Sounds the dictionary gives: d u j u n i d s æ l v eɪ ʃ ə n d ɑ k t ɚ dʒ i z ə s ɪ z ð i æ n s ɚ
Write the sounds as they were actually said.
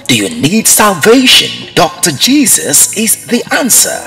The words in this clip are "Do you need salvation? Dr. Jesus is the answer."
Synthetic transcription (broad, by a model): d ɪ j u n i d s æ l v eɪ ʃ ə n d ɑ k t ɚ dʒ i z ə s ɪ z ð i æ n s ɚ